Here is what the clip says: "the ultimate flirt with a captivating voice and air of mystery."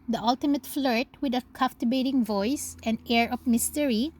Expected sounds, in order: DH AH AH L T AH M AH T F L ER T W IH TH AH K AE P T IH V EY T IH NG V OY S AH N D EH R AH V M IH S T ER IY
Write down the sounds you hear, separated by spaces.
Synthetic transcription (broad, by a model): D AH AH L T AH M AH T F L ER T W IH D AH K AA F T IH B EY T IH NG V OY S AH N D EH R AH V M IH S T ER IY